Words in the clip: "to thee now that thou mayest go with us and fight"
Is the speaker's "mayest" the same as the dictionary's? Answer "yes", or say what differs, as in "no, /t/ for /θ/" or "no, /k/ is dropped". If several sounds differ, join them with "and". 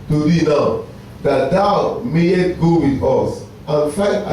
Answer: no, /s/ is dropped